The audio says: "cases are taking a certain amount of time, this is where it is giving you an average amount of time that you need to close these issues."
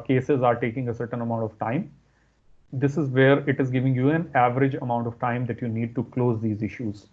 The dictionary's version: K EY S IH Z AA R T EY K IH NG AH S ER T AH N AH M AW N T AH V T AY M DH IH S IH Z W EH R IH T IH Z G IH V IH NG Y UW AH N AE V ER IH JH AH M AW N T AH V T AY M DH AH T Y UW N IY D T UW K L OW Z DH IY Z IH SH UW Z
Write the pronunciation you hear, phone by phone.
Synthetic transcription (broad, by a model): K EY S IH Z AA R T EY K IH NG AH S ER T AH N AH M AW N T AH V T AY M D IH S IH Z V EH R IH T IH Z G IH V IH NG Y UW AH N AE V ER IH JH AH M AW N T AH V T AY M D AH T Y UW N IY D T UW K L OW Z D IY Z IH SH UW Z